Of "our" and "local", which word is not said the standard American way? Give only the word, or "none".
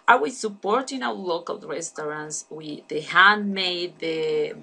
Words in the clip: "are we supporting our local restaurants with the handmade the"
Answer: our